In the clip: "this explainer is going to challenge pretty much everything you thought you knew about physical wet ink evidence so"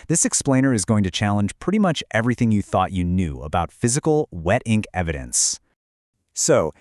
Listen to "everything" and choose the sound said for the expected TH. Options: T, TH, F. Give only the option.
TH